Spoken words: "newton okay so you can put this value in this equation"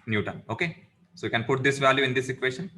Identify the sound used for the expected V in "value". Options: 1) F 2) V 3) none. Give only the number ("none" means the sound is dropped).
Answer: 2